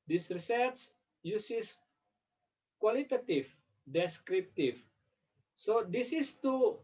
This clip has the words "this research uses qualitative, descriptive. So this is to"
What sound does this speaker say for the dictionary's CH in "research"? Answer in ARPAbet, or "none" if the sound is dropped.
S